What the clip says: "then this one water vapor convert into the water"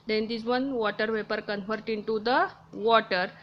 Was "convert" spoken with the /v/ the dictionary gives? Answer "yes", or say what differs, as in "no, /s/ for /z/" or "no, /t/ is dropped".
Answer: no, /f/ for /v/